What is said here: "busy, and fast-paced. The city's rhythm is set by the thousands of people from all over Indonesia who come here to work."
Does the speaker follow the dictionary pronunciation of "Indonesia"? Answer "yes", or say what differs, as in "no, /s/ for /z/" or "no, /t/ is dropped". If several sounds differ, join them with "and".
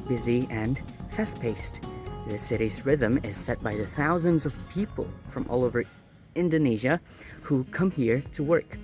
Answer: yes